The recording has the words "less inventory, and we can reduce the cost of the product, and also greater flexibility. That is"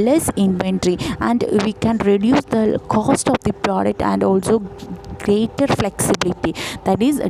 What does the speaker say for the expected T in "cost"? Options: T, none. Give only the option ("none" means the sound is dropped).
T